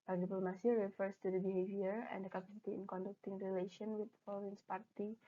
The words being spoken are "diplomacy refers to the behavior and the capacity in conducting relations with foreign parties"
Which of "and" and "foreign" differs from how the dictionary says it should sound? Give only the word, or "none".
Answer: foreign